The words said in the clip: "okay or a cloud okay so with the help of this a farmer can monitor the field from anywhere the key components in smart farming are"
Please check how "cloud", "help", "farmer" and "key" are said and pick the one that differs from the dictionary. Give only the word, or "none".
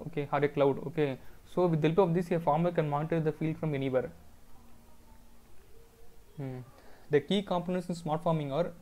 help